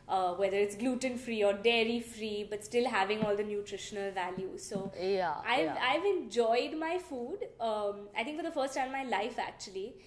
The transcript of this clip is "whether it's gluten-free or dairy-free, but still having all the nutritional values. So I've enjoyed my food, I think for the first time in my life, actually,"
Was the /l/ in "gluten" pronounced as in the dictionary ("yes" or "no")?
yes